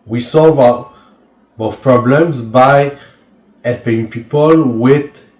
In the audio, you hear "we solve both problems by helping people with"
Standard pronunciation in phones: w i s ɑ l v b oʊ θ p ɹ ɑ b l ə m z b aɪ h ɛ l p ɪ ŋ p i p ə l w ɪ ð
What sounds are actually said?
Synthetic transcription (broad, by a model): w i s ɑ l v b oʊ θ p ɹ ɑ b l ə m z b aɪ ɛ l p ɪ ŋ p i p ə l w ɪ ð